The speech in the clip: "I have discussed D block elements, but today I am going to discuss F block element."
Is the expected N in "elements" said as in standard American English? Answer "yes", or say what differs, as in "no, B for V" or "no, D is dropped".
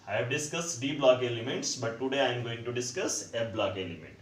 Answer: no, N is dropped